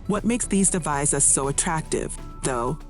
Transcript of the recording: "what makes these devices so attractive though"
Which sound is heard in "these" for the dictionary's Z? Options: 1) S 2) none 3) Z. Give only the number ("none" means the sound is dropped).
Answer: 3